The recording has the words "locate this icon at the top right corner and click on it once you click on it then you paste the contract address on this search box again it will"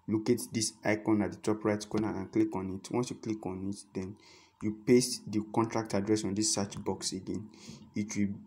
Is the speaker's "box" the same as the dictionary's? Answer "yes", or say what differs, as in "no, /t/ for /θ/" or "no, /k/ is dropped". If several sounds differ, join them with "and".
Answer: yes